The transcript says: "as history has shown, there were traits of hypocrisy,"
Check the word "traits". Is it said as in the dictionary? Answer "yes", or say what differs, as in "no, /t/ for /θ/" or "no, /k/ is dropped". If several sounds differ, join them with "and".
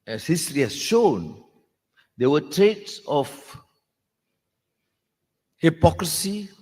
yes